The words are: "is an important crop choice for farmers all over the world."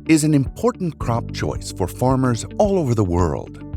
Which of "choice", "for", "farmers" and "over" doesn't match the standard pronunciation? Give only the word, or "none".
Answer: none